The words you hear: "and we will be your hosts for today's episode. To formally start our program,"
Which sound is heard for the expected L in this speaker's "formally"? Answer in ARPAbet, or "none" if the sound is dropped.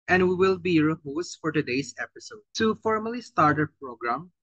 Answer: L